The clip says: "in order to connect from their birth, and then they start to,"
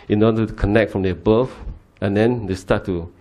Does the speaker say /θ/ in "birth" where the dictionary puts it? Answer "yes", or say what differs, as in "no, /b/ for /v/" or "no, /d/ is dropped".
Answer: no, /f/ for /θ/